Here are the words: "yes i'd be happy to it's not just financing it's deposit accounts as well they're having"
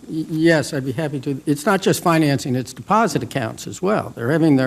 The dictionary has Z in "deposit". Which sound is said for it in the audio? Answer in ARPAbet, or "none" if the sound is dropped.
Z